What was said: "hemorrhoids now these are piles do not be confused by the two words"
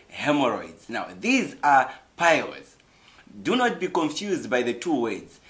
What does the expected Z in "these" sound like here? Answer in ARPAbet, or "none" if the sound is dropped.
Z